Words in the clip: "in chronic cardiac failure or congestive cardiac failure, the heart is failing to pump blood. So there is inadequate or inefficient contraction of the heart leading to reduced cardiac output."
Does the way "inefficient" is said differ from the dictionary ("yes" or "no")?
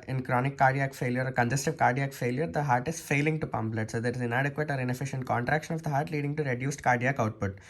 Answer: no